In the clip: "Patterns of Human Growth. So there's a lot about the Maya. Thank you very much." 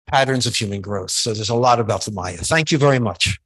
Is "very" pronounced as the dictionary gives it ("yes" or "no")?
yes